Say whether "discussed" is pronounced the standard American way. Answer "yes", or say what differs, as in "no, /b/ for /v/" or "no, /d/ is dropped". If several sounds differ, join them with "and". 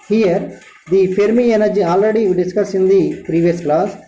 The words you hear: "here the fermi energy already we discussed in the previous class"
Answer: no, /t/ is dropped